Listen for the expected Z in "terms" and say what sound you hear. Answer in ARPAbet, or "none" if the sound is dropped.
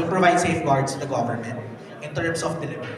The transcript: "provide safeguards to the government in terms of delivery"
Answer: S